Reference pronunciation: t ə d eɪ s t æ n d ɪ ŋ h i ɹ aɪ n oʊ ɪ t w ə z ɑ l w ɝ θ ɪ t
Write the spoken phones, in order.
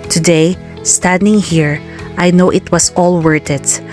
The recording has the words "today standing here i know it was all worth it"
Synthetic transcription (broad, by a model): t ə d eɪ s t æ n d ɪ ŋ h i ɹ aɪ n oʊ ɪ t w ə s ɑ l w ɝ t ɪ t